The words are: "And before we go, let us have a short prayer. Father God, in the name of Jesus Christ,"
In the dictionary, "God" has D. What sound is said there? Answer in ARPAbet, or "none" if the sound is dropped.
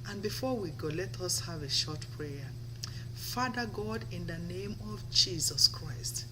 D